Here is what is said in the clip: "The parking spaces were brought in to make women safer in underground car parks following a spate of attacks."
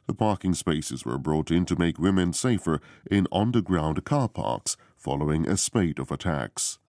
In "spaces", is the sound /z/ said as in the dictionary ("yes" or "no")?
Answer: yes